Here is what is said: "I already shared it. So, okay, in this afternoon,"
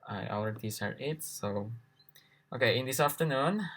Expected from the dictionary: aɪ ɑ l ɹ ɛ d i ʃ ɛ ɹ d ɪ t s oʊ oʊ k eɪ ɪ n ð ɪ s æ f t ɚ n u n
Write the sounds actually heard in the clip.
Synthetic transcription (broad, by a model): aɪ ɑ l ɹ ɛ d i s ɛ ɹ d ɪ t s oʊ oʊ k eɪ ɪ n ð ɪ s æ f t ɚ n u n